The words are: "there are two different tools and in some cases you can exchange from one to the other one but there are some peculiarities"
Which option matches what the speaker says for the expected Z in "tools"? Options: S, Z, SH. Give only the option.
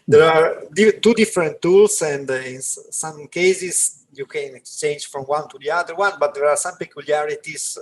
S